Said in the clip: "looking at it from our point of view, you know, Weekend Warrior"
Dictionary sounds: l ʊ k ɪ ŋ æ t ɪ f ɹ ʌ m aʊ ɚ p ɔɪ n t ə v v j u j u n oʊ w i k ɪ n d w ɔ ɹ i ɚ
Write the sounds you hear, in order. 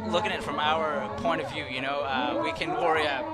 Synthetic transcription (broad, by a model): l ʊ k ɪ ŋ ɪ t f ɹ ʌ m aʊ ɚ p ɔɪ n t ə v v j u j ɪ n oʊ w i k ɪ n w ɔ ɹ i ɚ